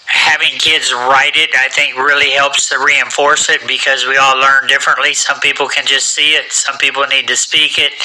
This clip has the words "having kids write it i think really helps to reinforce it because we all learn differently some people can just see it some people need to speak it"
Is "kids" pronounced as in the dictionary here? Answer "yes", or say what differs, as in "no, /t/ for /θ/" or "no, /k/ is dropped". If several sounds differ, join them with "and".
yes